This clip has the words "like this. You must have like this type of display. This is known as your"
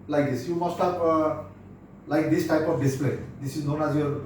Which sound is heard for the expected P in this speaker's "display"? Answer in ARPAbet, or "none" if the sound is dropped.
P